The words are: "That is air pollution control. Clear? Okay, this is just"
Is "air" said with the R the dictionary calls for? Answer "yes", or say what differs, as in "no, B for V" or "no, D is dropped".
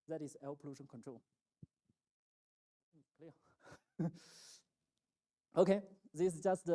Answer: no, L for R